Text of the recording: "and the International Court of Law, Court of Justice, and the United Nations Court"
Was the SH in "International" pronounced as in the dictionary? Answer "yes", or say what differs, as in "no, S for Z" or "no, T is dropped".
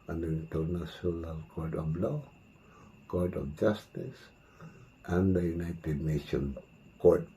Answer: no, S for SH